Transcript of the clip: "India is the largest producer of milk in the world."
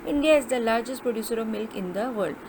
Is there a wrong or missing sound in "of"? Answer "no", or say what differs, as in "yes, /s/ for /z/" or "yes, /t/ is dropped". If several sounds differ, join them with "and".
no